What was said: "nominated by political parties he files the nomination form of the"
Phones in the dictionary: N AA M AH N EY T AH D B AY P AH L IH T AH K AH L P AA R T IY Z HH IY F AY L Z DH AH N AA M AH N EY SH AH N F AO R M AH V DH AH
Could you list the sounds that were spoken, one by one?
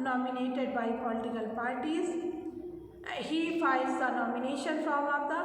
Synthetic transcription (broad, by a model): N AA M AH N EY T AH D B AY P AH L IH T AH K AH L P AA R T IY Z HH IY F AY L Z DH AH N AA M AH N EY SH AH N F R AH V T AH